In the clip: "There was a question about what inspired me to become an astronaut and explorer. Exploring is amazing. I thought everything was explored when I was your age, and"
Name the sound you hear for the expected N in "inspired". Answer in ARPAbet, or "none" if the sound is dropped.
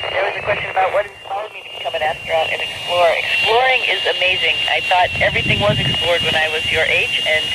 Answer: none